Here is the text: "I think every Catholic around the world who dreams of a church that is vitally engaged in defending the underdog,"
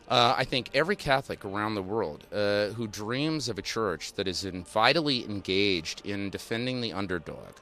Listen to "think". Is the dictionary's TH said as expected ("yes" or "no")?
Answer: yes